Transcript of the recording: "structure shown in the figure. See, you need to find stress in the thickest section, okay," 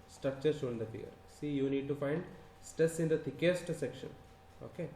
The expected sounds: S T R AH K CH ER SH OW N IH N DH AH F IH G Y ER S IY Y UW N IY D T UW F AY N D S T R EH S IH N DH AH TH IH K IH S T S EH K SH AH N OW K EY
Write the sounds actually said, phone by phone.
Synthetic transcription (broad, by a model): S T R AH K CH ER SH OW IH N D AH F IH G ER S IY Y UW N IY D T UW F AY N D S T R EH S IH N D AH T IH K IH S T S EH K SH AH N OW K EY